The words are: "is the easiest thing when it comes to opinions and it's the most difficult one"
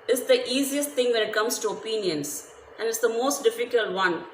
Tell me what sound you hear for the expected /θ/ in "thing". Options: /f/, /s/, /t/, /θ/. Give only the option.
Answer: /t/